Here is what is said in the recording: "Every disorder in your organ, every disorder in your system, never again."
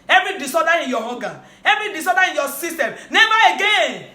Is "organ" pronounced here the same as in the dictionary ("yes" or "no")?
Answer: no